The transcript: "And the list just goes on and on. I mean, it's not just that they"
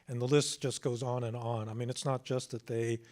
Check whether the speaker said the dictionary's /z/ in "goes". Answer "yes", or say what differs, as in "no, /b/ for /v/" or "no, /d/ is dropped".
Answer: yes